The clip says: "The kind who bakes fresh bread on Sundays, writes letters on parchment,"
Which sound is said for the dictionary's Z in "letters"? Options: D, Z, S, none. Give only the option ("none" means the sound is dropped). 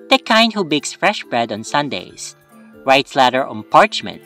none